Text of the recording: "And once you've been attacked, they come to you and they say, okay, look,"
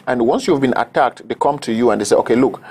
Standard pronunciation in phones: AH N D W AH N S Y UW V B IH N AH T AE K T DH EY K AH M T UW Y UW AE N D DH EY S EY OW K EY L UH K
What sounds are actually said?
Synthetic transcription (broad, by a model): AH N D W AH N S Y UW V B IH N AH T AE K T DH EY K AH M T UW Y UW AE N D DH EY S EY OW K EY L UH K